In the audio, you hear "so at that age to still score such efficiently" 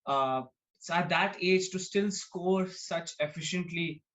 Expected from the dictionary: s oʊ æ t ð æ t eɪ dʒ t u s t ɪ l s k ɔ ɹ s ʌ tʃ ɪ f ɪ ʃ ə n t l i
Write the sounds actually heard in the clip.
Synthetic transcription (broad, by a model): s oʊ æ t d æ t eɪ dʒ t u s t ɪ l s k ɔ ɹ s ʌ tʃ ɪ f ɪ ʃ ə n t l i